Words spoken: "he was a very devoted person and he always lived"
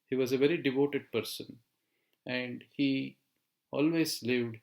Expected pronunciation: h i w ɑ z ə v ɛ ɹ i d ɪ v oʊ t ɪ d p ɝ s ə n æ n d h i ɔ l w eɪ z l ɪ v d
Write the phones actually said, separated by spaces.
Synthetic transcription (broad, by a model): h i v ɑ z ə v ɛ ɹ i d ɪ v oʊ t ɪ d p ɝ s ə n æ n d h i ɔ l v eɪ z l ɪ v d